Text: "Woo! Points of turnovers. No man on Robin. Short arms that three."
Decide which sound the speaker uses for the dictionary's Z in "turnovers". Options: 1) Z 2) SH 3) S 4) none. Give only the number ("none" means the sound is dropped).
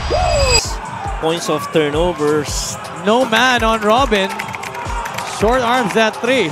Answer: 3